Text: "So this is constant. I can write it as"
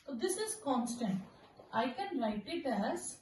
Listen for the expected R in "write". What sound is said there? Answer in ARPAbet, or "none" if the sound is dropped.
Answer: L